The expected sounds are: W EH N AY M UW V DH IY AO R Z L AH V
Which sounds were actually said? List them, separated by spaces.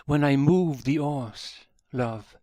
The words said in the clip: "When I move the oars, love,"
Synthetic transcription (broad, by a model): W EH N AY M UW V DH IY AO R S L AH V